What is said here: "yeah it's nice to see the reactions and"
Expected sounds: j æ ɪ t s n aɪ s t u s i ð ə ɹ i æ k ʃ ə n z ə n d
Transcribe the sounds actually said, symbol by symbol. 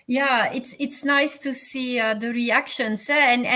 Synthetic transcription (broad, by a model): j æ ɪ t s n aɪ s t u s i ð ə ɹ i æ k ʃ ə n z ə n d